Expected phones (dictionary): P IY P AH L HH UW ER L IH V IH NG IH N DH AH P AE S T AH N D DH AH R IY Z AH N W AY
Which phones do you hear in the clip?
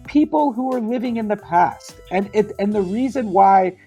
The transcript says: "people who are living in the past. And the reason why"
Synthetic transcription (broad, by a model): P IY P L HH UW ER L IH V IH NG IH N DH AH P AE S T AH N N DH AH R IY Z AH N W AY